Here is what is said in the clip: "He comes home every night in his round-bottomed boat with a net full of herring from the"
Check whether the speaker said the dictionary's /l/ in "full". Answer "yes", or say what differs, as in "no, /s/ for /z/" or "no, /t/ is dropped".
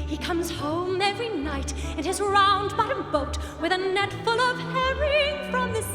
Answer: yes